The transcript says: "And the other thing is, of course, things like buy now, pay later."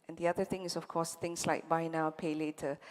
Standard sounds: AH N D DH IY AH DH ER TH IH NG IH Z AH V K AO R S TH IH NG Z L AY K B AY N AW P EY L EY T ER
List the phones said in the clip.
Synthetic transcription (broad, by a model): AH N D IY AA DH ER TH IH NG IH S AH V K AO S T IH NG S L AY K B AY N AW P EY L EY T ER